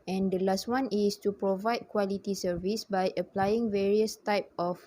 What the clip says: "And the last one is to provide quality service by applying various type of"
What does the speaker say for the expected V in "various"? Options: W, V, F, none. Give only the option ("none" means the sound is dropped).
V